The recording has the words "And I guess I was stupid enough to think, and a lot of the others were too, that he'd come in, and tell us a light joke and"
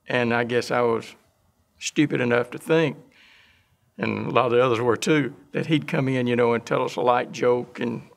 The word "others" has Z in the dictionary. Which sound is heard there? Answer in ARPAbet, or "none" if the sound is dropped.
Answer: Z